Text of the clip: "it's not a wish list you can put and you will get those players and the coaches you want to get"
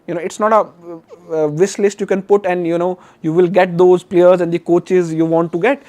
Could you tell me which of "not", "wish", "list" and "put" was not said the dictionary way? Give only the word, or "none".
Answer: wish